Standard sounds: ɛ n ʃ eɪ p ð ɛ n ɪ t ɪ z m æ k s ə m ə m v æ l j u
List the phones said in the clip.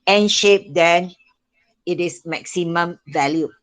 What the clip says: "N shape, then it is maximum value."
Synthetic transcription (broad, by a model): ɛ n ʃ eɪ p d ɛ n ɪ t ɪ s m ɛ k s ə m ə m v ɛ l j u